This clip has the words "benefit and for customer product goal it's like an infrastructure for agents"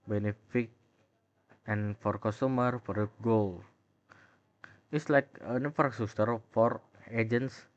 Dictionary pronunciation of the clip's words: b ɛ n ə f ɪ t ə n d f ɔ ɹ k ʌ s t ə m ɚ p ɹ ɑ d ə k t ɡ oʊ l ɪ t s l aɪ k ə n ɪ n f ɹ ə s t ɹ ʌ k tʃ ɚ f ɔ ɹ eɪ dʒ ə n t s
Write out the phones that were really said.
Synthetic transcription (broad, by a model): b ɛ n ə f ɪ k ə n f ɔ ɹ k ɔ s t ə m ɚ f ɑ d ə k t ɡ oʊ l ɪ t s l aɪ k ə n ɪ f ə t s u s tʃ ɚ f ɔ ɹ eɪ dʒ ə n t s